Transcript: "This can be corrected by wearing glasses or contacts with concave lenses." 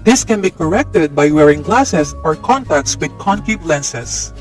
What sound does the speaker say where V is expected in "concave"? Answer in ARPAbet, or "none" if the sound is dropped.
P